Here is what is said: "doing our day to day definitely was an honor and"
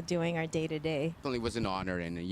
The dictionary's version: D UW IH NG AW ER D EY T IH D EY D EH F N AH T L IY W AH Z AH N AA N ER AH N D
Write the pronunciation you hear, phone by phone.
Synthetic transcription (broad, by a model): D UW IH NG AW ER D EY T IH D EY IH N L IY W AH Z AH N AA N ER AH N